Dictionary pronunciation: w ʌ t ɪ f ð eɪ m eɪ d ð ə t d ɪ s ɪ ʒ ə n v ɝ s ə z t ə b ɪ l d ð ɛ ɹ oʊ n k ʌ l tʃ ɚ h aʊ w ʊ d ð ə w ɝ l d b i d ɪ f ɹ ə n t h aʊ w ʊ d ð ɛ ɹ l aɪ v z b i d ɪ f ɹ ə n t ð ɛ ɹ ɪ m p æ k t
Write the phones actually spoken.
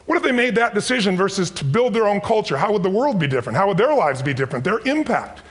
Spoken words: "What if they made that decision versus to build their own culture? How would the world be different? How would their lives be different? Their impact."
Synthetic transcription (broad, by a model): w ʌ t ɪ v ð eɪ m eɪ d ð ə t d ɪ s ɪ ʒ ə n v ɝ s ə z t ə b ɪ l d ð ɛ ɹ oʊ n k ʌ l tʃ ɚ h aʊ w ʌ d ð ə w ɝ l d b i d ɪ f ɹ ə n t h aʊ w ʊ d ð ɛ ɹ l aɪ v z b i d ɪ f ɹ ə n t ð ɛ ɹ ɪ m p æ k t